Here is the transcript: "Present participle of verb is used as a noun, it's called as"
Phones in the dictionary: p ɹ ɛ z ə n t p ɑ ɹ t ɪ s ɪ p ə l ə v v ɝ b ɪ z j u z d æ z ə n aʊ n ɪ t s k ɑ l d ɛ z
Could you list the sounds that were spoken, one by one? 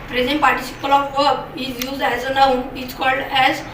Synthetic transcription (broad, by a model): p ɹ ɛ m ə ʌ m p ɑ ɹ t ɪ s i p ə l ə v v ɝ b ɪ z j u z d æ z ə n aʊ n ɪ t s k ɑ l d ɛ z